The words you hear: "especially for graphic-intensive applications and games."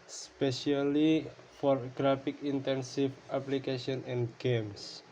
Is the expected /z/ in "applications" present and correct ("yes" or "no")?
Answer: no